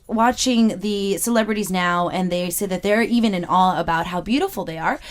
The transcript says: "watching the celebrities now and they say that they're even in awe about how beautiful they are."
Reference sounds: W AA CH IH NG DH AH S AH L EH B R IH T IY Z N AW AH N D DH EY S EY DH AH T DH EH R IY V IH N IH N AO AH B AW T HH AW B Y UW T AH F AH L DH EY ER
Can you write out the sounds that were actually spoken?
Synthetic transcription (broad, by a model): W AA CH IH NG DH AH S AH L EH B R IH T IY Z N AW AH N DH EY S EY DH AH T DH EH R IY V IH N IH N AO AH B AW T HH AW B Y UW T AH F L DH EY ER